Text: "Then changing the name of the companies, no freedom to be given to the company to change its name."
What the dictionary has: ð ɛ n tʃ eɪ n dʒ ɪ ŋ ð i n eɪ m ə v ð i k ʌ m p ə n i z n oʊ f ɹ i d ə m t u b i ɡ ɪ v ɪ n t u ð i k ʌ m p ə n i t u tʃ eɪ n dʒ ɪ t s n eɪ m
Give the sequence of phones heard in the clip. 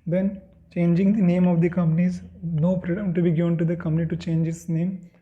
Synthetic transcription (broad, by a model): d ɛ n tʃ eɪ n dʒ ɪ ŋ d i n eɪ m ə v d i k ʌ m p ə n i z n oʊ p ɹ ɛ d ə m t u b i ɡ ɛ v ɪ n t u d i k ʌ m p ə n i t u tʃ eɪ n dʒ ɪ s n eɪ m